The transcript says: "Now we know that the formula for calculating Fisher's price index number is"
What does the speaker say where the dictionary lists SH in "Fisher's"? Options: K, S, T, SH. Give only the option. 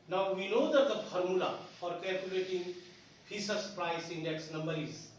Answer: S